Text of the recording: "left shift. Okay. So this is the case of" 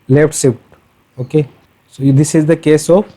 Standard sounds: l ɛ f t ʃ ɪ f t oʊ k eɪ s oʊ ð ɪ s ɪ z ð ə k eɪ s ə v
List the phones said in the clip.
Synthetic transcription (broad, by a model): l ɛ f t s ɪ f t oʊ k eɪ s oʊ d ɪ s ɪ z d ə k eɪ s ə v